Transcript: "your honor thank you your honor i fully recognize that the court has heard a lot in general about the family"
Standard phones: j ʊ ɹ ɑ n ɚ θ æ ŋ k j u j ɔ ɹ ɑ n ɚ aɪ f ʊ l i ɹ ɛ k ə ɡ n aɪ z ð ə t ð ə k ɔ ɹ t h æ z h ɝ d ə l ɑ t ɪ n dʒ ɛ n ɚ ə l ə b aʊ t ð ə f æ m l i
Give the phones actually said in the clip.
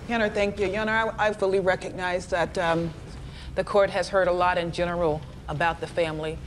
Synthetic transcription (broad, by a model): j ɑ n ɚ θ æ ŋ k j u j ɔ ɹ ɑ ɪ aɪ f ʊ l i ɹ ɛ k ə ɡ n aɪ z ð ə t ð ə k ɔ ɹ t h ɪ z h ɝ d ə l ɑ t ɪ n dʒ ɛ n ɚ l ə b aʊ t ð ə f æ m l i